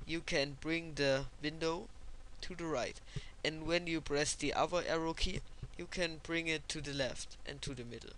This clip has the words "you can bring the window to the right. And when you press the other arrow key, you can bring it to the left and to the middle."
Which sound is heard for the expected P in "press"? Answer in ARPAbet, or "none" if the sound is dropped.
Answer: B